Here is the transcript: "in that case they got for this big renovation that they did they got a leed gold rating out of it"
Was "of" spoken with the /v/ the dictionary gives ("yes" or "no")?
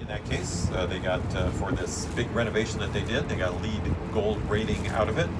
yes